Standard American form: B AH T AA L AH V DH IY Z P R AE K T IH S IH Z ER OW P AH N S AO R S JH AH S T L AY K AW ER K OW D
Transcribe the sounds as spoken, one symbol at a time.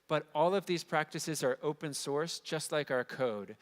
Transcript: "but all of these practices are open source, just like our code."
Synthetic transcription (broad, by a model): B AH T AA L AH V DH IY Z P R AE K T IH S IH Z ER OW P AH N S AO R S JH AH S T L AY K AW ER K OW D